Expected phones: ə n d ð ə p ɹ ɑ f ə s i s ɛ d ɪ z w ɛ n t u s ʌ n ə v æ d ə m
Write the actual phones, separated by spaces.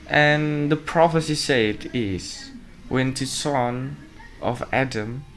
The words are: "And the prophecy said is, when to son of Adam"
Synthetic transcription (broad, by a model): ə n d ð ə p ɹ ɑ f ə s i s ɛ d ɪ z w ɛ n t u s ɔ n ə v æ d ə m